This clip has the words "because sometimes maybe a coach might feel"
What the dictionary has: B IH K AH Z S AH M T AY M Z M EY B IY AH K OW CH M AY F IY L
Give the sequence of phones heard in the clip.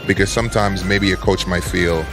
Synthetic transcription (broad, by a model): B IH K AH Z S AH M T AY M Z M EY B IY AH K OW CH M AY F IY L